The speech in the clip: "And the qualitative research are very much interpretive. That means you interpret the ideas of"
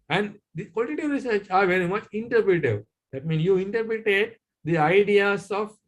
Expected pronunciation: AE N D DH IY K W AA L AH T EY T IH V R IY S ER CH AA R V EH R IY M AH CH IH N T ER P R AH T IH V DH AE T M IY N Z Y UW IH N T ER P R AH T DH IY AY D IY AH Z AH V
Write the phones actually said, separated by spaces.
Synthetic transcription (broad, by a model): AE N D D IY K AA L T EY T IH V R IY S ER CH AA R V EH R IY M AH CH IH N T ER P R AH T IH V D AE T M IY N S Y UW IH N T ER P R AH T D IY AY D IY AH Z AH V